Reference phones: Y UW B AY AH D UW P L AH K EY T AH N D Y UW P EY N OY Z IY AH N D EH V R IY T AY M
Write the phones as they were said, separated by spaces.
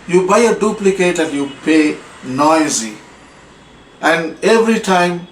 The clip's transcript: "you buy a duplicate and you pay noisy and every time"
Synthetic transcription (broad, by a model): Y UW B AY AH D UW P L AH K EY T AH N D Y UW P EY N OY Z IY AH N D EH V R IY T AY M